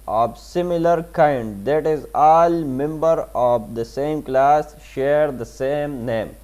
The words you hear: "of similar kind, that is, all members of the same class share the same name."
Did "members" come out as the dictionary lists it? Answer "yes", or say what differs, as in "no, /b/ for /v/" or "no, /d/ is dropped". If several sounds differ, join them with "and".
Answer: no, /z/ is dropped